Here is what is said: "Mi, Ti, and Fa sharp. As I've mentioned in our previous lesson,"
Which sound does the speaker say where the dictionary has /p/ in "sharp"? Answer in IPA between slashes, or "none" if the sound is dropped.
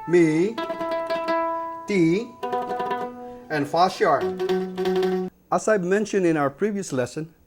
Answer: none